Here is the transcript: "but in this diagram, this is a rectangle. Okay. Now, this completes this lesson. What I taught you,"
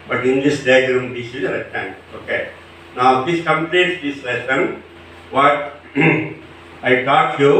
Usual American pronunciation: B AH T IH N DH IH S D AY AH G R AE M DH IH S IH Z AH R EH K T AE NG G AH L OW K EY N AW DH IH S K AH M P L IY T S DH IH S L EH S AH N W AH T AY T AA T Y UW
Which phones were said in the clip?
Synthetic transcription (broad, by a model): B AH T IH N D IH S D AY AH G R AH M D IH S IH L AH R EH T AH N OW K EY N AW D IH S K AH M P L IY T S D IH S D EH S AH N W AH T AY T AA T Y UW